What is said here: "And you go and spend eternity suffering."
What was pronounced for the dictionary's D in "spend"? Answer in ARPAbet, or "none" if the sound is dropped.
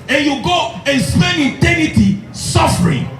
none